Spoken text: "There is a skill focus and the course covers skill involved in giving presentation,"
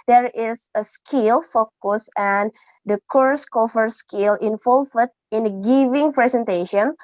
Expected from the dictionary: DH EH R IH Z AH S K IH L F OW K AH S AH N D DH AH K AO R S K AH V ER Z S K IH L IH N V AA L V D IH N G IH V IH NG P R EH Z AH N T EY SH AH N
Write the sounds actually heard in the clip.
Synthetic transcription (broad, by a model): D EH R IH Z AH S K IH L F OW K AH S AH N D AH K AO R S K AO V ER S K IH L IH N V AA L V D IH N G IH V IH NG P R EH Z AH N T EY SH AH N